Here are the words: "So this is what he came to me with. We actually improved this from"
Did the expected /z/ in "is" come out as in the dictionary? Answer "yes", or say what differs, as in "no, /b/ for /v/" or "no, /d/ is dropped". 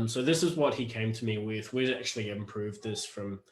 yes